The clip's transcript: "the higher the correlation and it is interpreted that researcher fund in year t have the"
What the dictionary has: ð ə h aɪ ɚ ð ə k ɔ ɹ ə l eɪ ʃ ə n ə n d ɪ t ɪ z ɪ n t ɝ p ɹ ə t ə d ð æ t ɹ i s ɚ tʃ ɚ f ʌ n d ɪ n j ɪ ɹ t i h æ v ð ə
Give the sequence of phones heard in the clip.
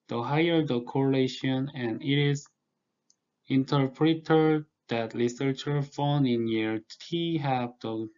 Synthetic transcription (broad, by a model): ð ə h aɪ ɚ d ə k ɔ ɹ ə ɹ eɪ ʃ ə n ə n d ɪ t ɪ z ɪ n t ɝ p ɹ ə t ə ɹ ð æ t l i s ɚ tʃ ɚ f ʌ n ɪ n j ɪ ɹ t i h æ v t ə